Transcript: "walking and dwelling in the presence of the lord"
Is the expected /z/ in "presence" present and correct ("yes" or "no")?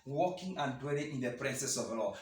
no